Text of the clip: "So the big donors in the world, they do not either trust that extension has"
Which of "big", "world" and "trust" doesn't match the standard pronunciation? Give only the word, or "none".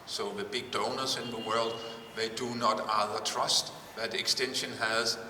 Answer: none